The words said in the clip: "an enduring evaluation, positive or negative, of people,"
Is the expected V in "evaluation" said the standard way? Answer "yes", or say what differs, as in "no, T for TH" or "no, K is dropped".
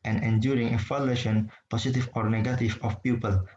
no, F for V